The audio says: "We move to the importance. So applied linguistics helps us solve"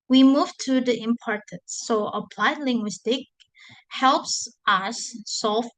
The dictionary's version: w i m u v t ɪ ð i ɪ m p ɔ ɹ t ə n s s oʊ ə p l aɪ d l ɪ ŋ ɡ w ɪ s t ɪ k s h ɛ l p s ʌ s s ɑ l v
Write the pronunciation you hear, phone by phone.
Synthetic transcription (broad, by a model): w i m u v t ɪ ð i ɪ m p ɔ ɹ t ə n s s oʊ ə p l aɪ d l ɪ ŋ ɡ w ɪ s t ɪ k h ɛ l p s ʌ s s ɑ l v